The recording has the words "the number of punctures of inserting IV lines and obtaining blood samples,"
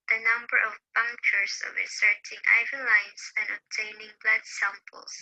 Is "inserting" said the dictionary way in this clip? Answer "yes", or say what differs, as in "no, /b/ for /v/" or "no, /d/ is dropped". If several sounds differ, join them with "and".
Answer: no, /n/ is dropped